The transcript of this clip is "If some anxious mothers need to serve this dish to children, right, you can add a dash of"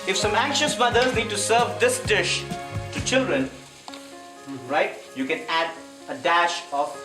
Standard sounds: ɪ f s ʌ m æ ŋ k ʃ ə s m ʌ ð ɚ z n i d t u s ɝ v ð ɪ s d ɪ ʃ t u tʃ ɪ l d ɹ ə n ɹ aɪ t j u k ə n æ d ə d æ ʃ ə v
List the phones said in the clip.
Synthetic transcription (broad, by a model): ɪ f s ʌ m æ ŋ k ʃ ə s m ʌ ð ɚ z n i d t u s ɝ v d ɪ s d ɪ ʃ t u tʃ ɪ l d ɹ ə n ɹ aɪ t j u k ə n æ d ə d æ ʃ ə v